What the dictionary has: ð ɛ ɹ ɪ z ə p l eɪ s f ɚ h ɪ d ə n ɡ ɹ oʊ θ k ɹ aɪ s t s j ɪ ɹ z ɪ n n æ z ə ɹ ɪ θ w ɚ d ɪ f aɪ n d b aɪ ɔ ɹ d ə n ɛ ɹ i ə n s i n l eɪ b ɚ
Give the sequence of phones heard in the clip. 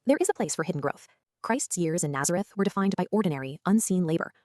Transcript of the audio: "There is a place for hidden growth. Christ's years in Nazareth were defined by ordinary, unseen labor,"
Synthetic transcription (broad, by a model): ð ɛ ɹ ɪ z ə p l eɪ s f ɚ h ɪ d n ɡ ɹ oʊ θ k ɹ aɪ s t s j ɪ ɹ z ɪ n n æ z ə ɹ ɪ θ w ɚ d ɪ f aɪ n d b aɪ ɔ ɹ d n ɛ ɹ i ə n s i n l eɪ b ɚ